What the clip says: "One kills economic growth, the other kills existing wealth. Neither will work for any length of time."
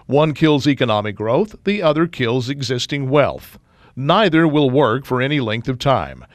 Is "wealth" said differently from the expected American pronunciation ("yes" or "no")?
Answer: no